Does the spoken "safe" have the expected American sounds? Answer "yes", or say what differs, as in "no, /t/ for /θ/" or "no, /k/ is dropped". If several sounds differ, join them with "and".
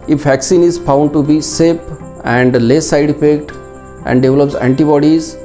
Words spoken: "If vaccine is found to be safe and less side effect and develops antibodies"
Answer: no, /p/ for /f/